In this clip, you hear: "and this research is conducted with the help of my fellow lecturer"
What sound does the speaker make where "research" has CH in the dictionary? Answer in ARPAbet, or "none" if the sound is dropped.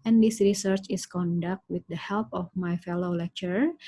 CH